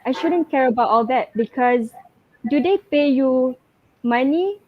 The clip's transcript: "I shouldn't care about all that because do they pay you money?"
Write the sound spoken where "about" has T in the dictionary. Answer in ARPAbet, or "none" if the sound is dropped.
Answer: T